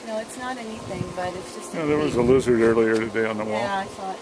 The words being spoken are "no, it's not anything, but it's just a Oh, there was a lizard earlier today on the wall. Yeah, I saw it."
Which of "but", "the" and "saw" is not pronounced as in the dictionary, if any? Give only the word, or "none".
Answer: saw